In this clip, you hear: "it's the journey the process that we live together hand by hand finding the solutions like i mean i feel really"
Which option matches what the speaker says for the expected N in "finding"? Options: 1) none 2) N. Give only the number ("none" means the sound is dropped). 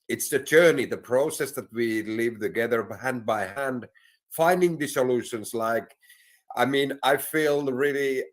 2